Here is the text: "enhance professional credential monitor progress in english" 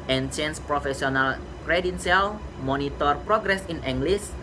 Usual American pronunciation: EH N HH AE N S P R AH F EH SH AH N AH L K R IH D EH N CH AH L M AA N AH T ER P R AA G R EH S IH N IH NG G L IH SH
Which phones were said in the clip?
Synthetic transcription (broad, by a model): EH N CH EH N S P R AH F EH S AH N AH L K R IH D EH N S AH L M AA N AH T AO P R AA G R EH S IH N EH NG G L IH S